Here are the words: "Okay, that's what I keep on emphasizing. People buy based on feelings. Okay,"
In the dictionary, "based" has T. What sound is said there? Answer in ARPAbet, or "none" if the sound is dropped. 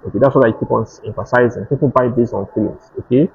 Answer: none